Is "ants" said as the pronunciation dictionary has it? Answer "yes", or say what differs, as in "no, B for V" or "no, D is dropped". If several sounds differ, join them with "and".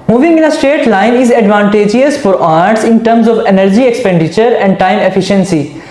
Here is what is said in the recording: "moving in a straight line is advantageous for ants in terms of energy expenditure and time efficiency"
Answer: no, N is dropped